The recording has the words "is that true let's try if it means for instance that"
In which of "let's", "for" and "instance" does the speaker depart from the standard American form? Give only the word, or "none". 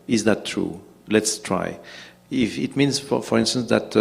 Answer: none